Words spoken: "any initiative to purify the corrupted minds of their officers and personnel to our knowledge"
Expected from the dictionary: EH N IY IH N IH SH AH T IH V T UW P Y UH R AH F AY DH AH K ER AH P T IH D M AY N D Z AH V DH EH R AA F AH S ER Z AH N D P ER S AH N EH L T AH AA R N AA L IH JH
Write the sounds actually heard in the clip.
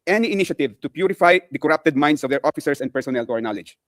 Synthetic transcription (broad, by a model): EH N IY IH N IH SH AH T IH V T UW P Y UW R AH F AY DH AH K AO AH P T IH D M AY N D S AH V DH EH R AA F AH S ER S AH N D P ER S AH N EH L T AA R N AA L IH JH